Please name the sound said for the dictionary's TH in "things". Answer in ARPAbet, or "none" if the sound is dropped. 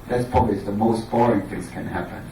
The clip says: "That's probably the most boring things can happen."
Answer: TH